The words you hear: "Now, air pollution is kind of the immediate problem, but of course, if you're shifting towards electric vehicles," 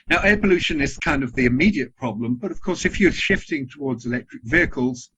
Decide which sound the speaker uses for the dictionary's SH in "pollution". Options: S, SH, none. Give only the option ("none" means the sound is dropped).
SH